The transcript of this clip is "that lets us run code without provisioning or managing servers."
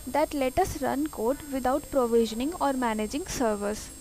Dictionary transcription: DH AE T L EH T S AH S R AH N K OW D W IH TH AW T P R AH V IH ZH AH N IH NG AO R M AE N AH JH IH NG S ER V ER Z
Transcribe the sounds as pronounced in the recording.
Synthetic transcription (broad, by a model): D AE T L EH T AH S R AH N K OW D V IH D AW T P R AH V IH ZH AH N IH NG AO R M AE N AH JH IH NG S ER V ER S